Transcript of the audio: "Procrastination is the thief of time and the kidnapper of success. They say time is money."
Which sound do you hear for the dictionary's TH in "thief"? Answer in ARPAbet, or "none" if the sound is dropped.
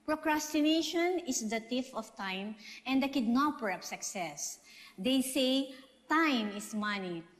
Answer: T